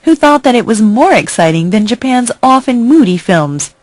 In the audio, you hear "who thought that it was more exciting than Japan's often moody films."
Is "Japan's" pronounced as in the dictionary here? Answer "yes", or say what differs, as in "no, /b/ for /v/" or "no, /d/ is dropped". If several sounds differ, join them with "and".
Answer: yes